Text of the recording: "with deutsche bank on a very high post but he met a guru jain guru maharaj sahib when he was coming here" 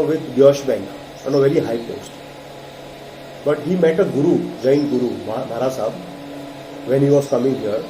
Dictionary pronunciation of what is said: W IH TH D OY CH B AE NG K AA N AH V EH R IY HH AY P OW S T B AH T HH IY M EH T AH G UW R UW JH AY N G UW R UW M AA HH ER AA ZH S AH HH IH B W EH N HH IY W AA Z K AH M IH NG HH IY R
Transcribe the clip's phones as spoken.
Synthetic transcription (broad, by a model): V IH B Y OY SH B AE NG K AA N AH V EH R IY HH AY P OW S T B AH T HH IY M EH T AH G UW R UW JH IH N G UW R UW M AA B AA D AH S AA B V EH N HH IY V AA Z K AH M IH NG HH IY R